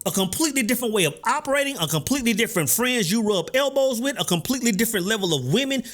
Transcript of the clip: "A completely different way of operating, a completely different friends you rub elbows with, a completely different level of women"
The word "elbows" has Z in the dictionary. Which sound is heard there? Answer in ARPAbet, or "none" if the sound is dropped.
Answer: Z